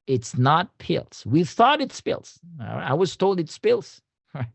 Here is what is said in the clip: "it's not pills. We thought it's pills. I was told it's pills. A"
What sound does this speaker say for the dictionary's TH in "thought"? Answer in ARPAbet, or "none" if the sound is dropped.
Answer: TH